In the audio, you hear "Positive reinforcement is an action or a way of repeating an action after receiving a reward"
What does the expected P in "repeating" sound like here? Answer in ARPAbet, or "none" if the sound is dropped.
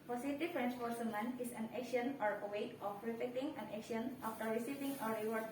F